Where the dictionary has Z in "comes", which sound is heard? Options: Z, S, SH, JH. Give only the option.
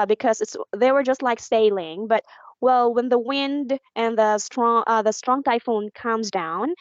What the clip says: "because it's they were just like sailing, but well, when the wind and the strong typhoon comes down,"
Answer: Z